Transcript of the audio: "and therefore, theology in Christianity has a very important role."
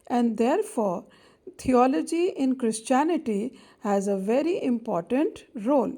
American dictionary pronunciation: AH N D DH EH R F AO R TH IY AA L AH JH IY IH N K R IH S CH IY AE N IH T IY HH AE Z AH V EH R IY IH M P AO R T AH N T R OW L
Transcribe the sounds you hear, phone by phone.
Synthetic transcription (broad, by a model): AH N D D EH R F AO R T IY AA L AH JH IY IH N K R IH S CH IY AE N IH T IY HH AE Z AH V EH R IY IH M P AO R T AH N T R OW L